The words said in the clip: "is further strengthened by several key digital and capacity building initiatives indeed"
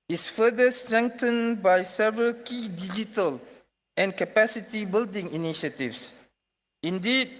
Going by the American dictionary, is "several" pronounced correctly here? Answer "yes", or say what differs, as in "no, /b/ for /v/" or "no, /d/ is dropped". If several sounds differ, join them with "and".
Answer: yes